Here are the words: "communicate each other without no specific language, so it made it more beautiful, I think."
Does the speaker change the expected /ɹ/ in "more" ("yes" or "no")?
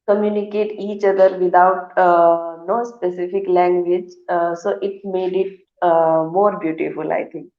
no